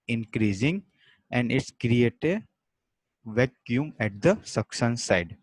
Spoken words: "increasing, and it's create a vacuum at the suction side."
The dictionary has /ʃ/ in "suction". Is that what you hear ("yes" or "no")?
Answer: no